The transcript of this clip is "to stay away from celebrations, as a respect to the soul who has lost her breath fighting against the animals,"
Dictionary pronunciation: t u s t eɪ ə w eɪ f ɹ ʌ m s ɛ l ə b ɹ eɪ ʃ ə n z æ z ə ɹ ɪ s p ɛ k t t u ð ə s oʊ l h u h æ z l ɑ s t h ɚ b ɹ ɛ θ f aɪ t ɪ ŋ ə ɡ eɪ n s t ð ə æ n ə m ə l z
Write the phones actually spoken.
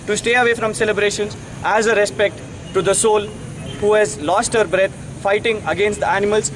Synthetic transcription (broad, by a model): t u s t eɪ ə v eɪ f ɹ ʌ m s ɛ l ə b ɹ eɪ ʃ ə n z æ z ə ɹ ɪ s p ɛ k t t u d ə s oʊ l h u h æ z l ɑ s t h ɚ b ɹ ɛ t f aɪ t ɪ ŋ ə ɡ eɪ n s t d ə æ n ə m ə l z